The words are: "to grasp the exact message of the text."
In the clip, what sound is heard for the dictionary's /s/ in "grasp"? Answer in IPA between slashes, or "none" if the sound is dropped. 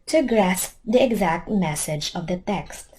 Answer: /s/